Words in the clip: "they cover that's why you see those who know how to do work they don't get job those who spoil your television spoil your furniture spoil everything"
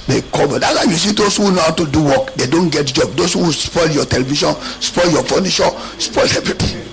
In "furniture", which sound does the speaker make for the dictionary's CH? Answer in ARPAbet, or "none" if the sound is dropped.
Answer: SH